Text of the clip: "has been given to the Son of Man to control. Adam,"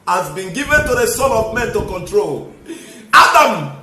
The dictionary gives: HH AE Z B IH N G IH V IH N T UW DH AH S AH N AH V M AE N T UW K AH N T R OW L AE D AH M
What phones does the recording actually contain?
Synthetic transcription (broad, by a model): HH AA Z B IH N G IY V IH N T UW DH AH S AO L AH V M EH N T UW K AH N T R OW L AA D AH M